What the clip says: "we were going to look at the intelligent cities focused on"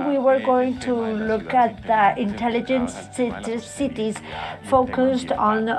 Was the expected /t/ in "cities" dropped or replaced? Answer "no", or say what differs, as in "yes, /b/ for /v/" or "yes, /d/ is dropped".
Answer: no